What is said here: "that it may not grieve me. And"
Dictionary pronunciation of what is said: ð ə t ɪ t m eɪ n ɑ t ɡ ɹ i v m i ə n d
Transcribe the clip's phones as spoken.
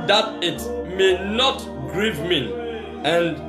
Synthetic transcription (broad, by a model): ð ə t ɪ t m eɪ n ɑ t ɡ ɹ i v m i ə n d